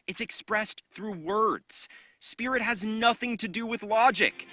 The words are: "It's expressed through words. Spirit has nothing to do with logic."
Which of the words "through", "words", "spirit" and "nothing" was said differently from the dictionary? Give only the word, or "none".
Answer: none